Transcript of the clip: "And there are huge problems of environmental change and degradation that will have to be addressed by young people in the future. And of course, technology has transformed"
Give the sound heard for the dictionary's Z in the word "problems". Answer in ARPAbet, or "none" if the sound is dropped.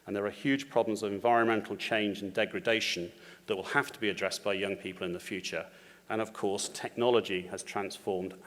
Z